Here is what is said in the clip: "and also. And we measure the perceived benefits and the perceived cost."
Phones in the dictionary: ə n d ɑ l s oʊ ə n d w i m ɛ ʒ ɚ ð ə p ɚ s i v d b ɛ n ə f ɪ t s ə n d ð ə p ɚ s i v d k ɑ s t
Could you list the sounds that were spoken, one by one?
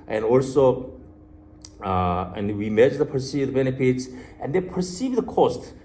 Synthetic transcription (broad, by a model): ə n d ɑ l s oʊ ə n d w i m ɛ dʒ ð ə p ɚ s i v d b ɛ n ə p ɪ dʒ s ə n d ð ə p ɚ s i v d k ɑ s t